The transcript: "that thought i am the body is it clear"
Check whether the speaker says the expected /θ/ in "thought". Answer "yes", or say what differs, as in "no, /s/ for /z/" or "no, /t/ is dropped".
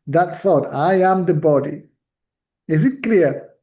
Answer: no, /s/ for /θ/